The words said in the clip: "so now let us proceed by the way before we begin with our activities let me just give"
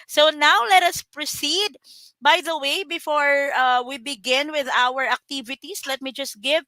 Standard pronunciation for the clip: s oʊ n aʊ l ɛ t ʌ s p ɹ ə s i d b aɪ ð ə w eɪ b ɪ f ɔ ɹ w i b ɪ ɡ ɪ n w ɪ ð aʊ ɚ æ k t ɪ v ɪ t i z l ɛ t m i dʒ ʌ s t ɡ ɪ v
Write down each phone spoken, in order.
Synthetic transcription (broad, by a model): s oʊ n aʊ l ɛ t ʌ s p ɹ ə s i d b aɪ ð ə w eɪ b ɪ f ɔ ɹ w i b ɪ ɡ ɪ n w ɪ ð aʊ ɚ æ k t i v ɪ t i s l ɛ t m i dʒ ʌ s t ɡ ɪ v